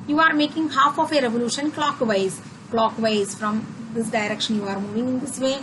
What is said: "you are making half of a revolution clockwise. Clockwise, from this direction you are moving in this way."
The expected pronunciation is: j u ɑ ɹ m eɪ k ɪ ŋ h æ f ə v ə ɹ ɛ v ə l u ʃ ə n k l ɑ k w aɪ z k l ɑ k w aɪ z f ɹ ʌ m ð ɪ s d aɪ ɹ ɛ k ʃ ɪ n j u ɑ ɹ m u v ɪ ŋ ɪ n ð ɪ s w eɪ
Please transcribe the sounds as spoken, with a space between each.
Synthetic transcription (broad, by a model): j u ɑ ɹ m eɪ k ɪ ŋ h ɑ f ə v ə ɹ ɛ v ə l u ʃ ə n k l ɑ k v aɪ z k l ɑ k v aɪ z f ɹ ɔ m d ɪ s d aɪ ɹ ɛ k ʃ ɪ n j u ɑ ɹ m u v ɪ ŋ ɪ n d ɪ s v eɪ